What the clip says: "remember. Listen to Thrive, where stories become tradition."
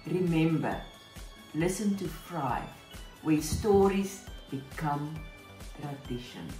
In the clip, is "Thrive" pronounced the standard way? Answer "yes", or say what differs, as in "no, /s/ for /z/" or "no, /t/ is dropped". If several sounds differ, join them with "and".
no, /f/ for /θ/